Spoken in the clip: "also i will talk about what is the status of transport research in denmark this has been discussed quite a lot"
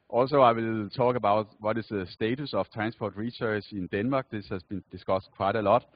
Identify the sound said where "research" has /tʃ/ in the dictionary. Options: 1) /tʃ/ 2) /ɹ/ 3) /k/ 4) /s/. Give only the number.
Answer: 4